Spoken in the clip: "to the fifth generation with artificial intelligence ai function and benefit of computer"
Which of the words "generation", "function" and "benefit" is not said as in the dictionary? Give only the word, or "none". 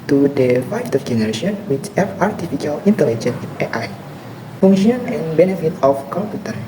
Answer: function